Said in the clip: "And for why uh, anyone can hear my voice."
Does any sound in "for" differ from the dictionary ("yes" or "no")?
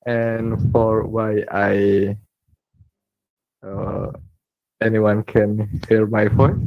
no